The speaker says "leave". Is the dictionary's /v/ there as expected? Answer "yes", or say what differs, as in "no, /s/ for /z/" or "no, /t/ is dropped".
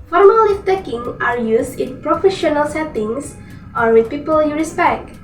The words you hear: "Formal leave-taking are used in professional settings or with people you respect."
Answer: no, /f/ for /v/